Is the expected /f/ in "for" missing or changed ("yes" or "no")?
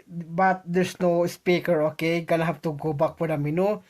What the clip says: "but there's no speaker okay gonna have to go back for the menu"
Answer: yes